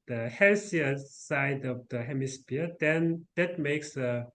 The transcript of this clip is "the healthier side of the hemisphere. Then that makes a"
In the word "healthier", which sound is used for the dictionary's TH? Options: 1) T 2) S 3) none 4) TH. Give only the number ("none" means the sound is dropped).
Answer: 2